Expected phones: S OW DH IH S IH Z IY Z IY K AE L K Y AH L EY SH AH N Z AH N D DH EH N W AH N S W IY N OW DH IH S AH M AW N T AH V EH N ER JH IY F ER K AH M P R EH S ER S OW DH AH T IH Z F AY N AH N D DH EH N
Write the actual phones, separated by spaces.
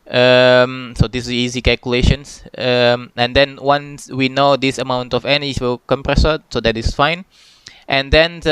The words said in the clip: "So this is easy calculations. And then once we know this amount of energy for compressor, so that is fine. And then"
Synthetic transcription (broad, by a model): S OW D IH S IY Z IY K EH L K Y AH L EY SH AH N S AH N D EH N W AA N S W IY N OW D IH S AH M AW N T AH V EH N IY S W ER K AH M P R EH S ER S OW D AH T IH S F AY N AH N D EH N